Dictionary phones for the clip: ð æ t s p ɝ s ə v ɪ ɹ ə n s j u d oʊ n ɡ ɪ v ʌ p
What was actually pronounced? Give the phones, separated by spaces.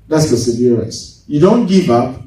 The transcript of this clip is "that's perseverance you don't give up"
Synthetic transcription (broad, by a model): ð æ t s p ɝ s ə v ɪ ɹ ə s j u d oʊ n ɡ ɪ v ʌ p